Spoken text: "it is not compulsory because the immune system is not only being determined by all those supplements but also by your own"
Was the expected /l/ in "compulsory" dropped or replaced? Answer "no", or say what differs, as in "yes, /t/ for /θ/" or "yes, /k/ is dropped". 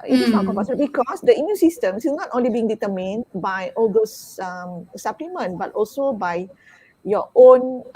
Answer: yes, /l/ is dropped